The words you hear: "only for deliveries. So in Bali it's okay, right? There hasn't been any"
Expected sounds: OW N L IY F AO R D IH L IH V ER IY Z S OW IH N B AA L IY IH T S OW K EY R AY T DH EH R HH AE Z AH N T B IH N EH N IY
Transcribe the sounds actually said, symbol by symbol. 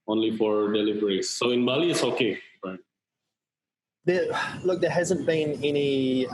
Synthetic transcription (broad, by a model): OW N L IY F AO R D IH L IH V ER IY S OW IH N B AA L IY IH T S OW K EY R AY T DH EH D HH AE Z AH N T B IH N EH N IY